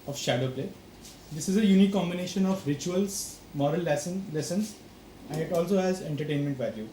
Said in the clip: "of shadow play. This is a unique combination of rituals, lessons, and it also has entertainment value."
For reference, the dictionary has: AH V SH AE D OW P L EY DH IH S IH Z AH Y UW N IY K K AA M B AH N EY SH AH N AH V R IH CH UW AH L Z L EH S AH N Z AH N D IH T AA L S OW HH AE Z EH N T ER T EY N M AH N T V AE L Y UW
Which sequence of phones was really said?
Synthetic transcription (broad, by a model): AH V SH AE D OW P L EY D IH S IH Z AH Y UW N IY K K AA M B AH N EY SH AH N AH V R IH CH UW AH L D L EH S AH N S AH N D IH T AA L S OW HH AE Z EH N T ER T EY N M AH N T V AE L Y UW